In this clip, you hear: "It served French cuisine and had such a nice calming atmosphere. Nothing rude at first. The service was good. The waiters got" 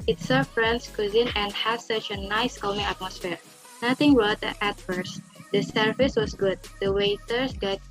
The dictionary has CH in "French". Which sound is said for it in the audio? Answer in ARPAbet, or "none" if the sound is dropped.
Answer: S